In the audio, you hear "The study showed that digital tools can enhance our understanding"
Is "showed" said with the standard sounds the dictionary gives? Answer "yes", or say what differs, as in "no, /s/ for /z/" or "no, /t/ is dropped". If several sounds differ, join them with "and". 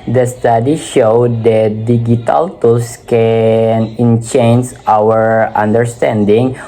yes